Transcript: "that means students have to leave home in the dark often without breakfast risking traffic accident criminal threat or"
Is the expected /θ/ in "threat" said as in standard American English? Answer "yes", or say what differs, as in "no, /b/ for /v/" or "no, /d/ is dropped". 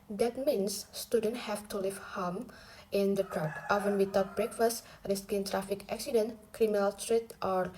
no, /t/ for /θ/